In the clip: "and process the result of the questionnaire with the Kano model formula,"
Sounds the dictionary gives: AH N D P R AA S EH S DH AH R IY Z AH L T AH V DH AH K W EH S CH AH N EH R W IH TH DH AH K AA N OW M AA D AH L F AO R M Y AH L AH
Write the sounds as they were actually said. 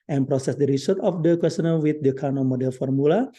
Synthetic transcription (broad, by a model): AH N P R AA S EH S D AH R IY S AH T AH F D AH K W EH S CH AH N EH L W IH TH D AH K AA N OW M AA D AH L F AO R M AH L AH